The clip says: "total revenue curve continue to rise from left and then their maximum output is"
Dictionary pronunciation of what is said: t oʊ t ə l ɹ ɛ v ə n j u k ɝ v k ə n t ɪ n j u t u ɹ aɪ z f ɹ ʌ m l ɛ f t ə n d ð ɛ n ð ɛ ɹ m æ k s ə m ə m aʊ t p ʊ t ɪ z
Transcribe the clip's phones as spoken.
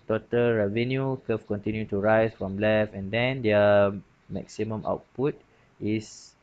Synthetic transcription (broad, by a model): t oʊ t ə l ɹ ɛ v ə n j u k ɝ f k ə n t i n j u t u ɹ aɪ s f ɹ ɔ m l ɛ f ə n d ɛ n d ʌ m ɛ k s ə m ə m aʊ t p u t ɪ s